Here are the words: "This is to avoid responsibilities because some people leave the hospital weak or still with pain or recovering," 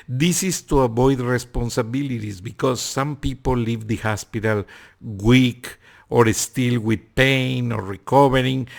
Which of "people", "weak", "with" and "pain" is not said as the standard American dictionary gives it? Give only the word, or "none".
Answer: none